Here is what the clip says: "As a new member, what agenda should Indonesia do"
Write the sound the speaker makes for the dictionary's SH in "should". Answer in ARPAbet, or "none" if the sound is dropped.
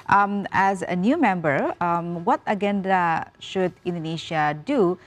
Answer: SH